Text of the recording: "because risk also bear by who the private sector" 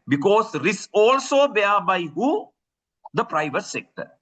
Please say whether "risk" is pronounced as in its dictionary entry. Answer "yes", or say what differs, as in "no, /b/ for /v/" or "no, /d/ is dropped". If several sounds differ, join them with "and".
no, /k/ is dropped